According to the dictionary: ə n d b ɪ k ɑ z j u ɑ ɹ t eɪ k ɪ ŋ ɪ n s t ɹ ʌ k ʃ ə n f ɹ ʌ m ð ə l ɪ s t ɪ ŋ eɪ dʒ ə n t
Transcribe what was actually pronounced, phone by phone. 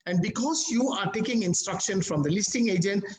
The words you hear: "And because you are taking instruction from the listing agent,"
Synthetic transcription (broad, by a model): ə n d b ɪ k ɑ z j u ɑ ɹ t eɪ k ɪ ŋ ɪ n s t ɹ ʌ k ʃ ə n f ɹ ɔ m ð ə l ɪ s t ɪ ŋ eɪ dʒ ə n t